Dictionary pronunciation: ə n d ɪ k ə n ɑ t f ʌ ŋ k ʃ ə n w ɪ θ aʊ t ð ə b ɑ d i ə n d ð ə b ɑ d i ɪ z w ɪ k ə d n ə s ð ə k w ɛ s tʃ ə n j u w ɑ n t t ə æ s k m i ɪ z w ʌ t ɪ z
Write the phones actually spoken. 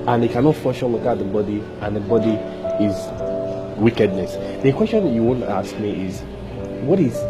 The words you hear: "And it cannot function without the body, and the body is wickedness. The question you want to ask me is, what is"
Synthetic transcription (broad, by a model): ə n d ɪ k ə n ɑ t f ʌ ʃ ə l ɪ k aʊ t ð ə b ɑ d i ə n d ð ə b ɑ d i ɪ z w ɪ k ə d n ə s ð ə k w ɛ s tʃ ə n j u w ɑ n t t ə s k m i ɪ z w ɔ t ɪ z